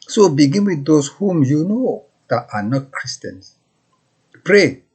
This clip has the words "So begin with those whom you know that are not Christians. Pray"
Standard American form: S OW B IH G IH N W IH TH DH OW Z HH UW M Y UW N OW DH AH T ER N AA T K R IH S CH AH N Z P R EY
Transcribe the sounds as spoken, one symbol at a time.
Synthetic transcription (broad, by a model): S OW B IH G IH N W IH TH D OW S HH UW M Y UW N OW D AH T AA N AA T K R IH S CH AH N S P R EY